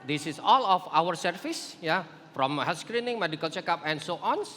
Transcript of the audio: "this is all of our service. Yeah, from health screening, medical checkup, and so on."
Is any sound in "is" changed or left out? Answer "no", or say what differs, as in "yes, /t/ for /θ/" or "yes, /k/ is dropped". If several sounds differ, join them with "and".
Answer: yes, /s/ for /z/